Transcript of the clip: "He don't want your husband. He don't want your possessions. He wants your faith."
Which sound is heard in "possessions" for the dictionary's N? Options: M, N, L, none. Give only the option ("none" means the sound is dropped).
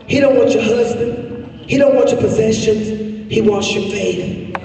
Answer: N